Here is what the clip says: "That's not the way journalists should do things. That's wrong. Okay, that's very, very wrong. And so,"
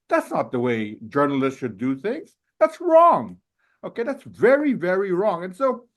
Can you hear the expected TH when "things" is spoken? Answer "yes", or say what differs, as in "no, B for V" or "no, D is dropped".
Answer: yes